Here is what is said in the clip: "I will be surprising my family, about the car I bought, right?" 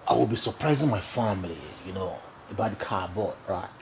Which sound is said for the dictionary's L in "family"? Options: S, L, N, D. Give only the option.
N